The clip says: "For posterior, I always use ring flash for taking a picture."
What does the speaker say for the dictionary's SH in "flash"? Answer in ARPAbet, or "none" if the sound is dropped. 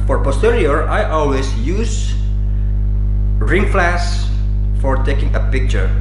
S